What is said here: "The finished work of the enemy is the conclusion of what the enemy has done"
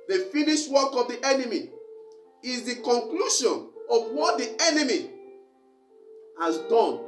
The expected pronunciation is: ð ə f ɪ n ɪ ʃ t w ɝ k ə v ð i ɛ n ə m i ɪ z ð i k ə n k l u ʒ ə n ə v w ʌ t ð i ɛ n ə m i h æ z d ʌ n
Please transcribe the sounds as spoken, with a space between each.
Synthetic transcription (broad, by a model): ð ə f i n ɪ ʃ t w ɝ k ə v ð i ɛ n ə m i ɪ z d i k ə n k l u ʃ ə n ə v w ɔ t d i ɛ n ə m i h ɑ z d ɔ n